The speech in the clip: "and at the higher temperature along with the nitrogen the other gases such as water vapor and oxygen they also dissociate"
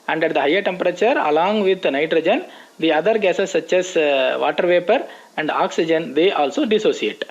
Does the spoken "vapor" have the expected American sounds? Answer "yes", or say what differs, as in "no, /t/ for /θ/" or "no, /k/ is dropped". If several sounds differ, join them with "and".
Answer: yes